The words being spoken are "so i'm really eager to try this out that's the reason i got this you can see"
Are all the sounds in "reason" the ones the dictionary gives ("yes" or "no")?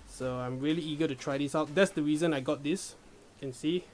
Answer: yes